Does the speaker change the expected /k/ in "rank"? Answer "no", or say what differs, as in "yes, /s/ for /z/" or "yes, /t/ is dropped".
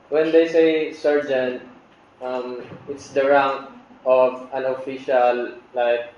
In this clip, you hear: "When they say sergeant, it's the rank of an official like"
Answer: yes, /k/ is dropped